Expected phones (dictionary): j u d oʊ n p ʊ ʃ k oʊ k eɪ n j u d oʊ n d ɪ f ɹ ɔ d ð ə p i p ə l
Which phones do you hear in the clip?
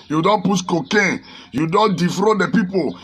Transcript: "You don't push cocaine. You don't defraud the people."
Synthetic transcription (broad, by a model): j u d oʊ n p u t k oʊ k eɪ n j u d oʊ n d ɪ f ɹ ɔ d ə p i p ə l